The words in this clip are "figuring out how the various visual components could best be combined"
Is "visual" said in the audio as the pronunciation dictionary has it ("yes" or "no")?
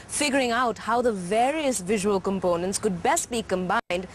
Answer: yes